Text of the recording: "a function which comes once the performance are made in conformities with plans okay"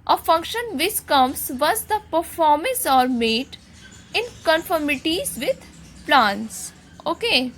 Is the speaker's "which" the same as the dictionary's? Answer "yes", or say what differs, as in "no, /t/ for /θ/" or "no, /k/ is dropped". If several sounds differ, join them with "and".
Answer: no, /s/ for /tʃ/